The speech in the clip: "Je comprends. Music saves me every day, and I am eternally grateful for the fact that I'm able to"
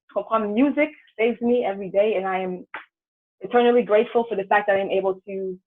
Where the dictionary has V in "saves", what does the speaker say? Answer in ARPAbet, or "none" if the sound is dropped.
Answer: V